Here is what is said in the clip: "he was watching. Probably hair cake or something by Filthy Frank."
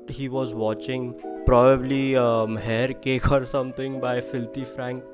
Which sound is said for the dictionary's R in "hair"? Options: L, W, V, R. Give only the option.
R